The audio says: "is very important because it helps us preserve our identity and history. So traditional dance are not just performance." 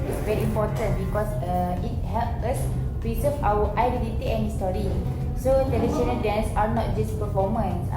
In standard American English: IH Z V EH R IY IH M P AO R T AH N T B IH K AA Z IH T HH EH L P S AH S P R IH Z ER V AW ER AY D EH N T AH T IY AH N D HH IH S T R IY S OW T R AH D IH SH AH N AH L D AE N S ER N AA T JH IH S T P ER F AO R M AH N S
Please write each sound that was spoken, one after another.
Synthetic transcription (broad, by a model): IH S V EH R IY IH M P AO T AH N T B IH K AA S IH T HH EH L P AH S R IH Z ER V AW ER AY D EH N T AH T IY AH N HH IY S T R IY S OW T AH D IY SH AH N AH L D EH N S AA N AA T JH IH S P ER F AO M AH N S